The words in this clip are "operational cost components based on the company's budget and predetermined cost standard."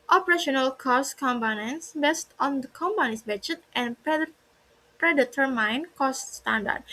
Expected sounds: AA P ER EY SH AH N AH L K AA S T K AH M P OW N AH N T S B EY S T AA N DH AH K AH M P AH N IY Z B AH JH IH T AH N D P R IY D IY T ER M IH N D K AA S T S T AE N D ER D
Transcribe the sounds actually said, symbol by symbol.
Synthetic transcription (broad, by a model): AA P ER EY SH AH N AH L K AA S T K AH M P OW N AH N S B EY S T AA N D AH K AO M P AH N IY S B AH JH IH T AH N P R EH D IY T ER M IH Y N K AA S T S T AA N D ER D